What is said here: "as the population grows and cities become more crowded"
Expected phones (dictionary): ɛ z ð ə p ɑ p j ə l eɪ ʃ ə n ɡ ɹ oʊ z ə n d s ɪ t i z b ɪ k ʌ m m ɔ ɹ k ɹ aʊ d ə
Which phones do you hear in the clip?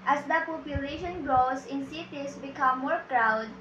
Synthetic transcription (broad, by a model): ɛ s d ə p ɑ p j ə l eɪ ʃ ə n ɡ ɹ oʊ s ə n s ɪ t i s b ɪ k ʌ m m ɔ ɹ k ɹ aʊ d